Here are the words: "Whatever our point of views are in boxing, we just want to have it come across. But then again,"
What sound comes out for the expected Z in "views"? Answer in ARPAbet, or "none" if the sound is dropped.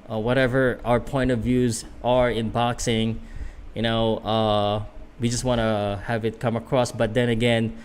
Z